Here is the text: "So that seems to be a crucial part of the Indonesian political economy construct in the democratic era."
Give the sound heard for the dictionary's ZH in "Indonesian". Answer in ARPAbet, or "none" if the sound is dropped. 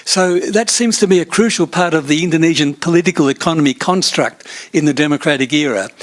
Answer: ZH